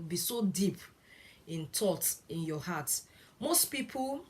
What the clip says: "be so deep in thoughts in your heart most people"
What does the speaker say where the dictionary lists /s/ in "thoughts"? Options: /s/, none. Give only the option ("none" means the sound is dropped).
none